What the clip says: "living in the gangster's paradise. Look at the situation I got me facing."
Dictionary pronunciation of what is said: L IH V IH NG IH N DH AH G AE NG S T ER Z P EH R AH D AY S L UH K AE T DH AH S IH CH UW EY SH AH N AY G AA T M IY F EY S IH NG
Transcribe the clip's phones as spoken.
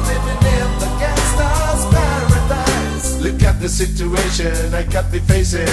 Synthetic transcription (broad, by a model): L IH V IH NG IH N DH AH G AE S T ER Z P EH R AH D AY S L UH K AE T DH AH S IH CH UW EY SH AH N AY G AA T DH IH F EY S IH